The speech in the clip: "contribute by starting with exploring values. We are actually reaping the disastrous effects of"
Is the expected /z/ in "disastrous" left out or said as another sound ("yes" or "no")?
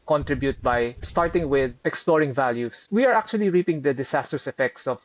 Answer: yes